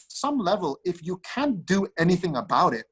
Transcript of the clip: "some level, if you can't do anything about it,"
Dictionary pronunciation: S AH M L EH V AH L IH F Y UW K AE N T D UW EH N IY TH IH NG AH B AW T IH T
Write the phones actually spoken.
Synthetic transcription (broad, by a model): S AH M L EH V AH L IH F Y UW K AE N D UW EH N IY TH IH NG AH B AW T IH T